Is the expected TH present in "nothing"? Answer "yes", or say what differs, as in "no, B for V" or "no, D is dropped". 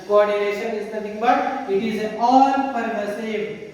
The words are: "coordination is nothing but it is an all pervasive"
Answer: no, T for TH